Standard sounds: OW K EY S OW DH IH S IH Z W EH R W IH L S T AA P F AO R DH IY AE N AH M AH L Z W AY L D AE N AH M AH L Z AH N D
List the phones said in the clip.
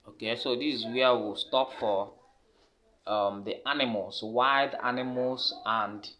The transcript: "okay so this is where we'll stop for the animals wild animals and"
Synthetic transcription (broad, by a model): OW K EY S OW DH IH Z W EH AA W IH L S T AA P F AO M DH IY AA N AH M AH L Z W AY D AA N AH M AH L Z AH N D